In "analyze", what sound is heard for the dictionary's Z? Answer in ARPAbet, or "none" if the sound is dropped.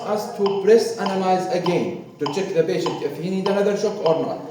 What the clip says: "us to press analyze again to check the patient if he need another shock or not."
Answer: Z